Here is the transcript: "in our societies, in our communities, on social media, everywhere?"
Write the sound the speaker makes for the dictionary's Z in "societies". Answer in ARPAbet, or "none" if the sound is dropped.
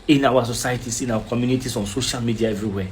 S